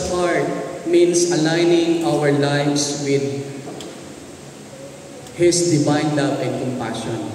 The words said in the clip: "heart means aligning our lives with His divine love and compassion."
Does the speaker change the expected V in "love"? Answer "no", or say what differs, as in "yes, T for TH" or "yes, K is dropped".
yes, P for V